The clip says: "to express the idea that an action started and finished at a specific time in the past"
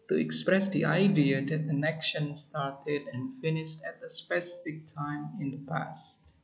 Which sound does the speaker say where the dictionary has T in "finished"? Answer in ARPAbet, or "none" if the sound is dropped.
T